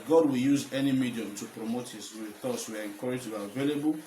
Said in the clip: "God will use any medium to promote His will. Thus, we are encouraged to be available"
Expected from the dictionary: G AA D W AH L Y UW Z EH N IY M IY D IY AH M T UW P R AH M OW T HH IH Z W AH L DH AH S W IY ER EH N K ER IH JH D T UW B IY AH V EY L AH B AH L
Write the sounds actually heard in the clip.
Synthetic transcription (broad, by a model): G AA D W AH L Y UW Z EH N IY M IY D IY AH M T UW P R AH M OW T HH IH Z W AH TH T S W IY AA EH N K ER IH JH T UW B IY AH V EY L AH B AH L